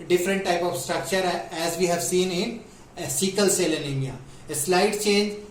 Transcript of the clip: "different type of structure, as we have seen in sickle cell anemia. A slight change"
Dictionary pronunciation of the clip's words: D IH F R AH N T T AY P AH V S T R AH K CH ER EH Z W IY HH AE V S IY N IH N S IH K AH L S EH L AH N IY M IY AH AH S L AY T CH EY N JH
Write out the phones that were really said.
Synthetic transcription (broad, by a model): D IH F R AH N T T AY P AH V S T R AH K CH ER EH Z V IY HH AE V S IY N IH N S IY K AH L S EH L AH L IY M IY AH AH S L AY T CH EY N JH